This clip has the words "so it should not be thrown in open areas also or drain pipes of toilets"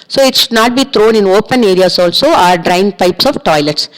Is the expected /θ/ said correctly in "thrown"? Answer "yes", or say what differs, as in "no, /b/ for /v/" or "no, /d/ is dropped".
no, /t/ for /θ/